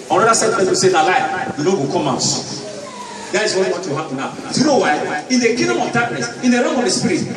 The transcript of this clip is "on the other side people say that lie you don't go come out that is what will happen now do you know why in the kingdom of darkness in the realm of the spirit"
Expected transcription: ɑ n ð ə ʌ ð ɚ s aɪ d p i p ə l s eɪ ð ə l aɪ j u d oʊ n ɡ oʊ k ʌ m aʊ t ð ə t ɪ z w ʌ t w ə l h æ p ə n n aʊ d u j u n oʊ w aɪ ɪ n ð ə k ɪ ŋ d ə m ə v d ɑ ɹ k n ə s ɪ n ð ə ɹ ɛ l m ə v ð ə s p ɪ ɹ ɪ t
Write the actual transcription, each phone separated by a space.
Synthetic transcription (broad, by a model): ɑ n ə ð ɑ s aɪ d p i ə s eɪ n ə l aɪ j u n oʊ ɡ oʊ k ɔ m aʊ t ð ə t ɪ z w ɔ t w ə w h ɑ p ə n n aʊ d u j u n oʊ w aɪ ɪ n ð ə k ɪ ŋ d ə m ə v d ɑ k n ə s ɪ n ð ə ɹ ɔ m ə v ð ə s p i ɹ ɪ t